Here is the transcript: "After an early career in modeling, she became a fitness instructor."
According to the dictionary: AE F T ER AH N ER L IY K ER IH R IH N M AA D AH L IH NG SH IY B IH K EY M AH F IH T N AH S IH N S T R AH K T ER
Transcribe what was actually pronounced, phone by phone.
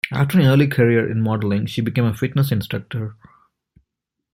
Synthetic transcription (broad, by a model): AE F T ER AH N ER L IY K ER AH R IH N M AA D AH L IH NG SH IY B IH K EY M AH F IH T N AH S IH N S T R AH K T ER